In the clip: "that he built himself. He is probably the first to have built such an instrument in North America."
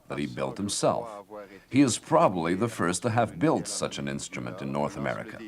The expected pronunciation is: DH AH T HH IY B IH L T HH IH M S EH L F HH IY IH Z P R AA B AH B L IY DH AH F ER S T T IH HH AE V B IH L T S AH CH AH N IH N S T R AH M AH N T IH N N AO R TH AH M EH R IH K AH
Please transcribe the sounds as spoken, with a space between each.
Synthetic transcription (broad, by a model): DH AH T HH IY B IH L T HH IH M S EH L F HH IY IH Z P R AA B AH B L IY DH AH F ER S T T IH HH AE V B IH L T S AH CH AH N IH N S T R AH M AH N T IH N N AO R TH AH M EH R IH K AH